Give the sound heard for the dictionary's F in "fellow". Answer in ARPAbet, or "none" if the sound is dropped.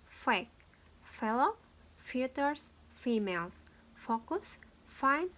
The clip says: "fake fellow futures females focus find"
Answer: F